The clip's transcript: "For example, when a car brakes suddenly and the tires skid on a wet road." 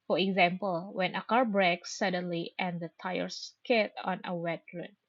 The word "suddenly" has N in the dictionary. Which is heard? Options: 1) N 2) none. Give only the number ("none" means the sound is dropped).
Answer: 1